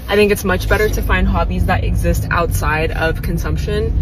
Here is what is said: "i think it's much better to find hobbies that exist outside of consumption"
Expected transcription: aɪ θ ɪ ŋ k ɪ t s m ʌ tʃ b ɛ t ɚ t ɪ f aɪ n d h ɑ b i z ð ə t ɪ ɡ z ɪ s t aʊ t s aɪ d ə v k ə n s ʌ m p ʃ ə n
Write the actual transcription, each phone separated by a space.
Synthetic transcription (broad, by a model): aɪ θ ɪ ŋ k ɪ t s m ʌ tʃ b ɛ t ɚ t ɪ f aɪ n d h ɑ b i z ð ə t ɪ ɡ z ɪ s t aʊ t s aɪ d ə v k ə n s ʌ m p ʃ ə n